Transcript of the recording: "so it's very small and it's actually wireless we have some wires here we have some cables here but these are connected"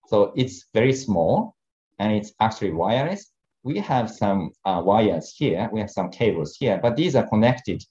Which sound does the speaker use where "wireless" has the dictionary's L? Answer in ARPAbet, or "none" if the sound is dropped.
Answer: none